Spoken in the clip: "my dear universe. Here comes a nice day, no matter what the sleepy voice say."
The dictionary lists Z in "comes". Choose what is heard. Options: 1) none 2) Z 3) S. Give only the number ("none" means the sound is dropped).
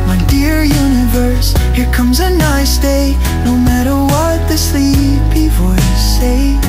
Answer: 2